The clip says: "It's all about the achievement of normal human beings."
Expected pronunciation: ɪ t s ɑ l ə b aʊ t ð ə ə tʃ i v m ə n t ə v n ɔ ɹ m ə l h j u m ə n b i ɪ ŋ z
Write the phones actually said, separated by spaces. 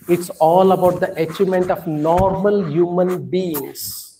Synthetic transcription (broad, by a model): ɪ t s ɑ l ə b aʊ t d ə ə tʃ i m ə n t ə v n ɔ ɹ m ə l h j u m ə n b i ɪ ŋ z